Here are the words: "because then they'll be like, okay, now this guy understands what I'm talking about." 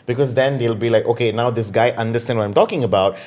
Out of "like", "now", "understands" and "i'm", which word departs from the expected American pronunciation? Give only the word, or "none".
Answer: understands